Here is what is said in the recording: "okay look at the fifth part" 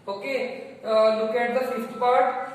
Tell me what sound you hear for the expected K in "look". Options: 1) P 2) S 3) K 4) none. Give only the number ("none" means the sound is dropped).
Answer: 3